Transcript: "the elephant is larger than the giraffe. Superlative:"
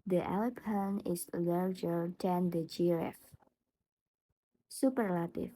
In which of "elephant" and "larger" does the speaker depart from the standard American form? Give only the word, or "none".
elephant